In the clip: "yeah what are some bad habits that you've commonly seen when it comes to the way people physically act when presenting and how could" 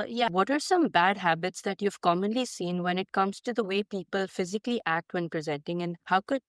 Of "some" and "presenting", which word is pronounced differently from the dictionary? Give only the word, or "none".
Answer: none